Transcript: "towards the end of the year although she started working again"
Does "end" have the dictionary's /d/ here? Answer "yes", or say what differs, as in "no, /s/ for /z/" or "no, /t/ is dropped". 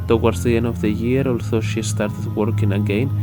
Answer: no, /d/ is dropped